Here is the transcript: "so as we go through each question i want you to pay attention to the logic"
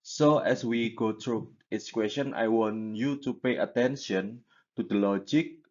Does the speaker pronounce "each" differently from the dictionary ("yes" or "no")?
yes